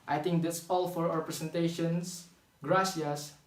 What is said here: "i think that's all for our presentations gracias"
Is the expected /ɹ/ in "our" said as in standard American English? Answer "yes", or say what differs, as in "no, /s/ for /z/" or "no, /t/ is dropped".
no, /w/ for /ɹ/